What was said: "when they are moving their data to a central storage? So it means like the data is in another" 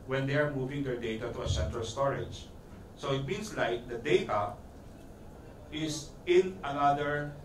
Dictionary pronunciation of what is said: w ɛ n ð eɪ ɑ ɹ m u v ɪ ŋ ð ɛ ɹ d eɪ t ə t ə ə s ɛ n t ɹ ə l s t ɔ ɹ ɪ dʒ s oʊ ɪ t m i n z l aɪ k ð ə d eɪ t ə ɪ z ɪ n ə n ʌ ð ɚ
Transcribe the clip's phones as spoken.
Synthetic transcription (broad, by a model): w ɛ n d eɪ ɑ ɹ m u v ɪ ŋ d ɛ ɹ d eɪ t ə t ə ə s ɛ n t ɹ ə l s t ɔ ɹ ɪ dʒ s oʊ ɪ t m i n s l aɪ k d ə d eɪ t ə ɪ s ɪ n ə n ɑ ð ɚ